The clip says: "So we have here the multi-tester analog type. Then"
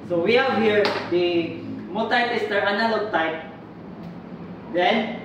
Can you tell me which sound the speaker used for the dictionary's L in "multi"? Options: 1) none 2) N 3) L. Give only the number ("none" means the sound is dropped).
1